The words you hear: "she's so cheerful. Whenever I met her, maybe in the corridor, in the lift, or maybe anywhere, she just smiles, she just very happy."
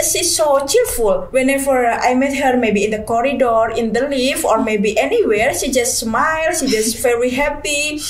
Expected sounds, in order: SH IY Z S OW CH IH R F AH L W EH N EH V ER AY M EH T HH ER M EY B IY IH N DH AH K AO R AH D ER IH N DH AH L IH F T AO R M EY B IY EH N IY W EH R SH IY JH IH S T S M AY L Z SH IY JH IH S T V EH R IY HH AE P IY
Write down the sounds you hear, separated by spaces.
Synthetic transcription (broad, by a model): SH IY S OW CH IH R F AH L W EH N EH V ER AY M EH T HH ER M EY B IY IH N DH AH K AO R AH D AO IH N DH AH L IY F AO R M EY B IY EH N IY W EH R SH IY JH IH S T S M AY L SH IY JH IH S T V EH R IY HH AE P IY